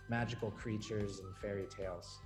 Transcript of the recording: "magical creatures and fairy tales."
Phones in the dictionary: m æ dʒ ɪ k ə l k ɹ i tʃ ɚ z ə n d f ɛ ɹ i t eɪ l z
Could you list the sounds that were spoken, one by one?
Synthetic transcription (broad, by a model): m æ dʒ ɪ k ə l k ɹ i tʃ ɚ z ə n f ɛ ɹ i t eɪ l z